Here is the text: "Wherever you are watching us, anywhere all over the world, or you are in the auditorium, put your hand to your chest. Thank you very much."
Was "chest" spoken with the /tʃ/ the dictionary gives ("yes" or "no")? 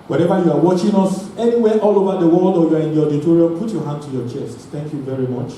yes